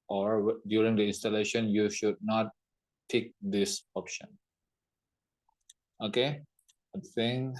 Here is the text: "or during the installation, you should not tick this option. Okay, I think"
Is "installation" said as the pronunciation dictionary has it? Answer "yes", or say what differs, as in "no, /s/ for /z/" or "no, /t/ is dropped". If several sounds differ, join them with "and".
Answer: yes